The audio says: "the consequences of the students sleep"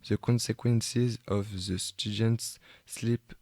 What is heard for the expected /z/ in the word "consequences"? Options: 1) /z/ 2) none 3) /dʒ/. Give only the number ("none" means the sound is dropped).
1